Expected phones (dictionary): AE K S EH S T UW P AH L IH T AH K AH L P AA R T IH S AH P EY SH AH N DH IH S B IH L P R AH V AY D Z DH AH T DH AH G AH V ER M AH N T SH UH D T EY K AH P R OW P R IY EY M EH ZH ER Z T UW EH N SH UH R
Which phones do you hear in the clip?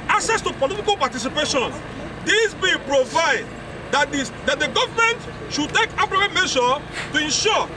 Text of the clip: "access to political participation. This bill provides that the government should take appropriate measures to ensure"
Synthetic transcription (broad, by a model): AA K S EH S T UW P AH L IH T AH K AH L P AA T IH S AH P EY SH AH N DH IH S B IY P R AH V AY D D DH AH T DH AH G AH V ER M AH N T SH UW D T EY K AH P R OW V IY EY M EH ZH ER T UW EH N SH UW